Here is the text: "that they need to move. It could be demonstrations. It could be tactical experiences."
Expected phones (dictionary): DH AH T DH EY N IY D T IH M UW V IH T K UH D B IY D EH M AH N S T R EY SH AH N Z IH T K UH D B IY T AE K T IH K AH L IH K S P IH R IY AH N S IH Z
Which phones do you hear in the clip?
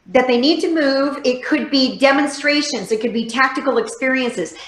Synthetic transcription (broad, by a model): DH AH T DH EY N IY D T IH M UW V IH T K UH D B IY D EH M AH N S T R EY SH AH N Z IH T K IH D B IY T AE K T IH K L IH K S P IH R IY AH N S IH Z